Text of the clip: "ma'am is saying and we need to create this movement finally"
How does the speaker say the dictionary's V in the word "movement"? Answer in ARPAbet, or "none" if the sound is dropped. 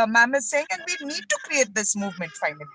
V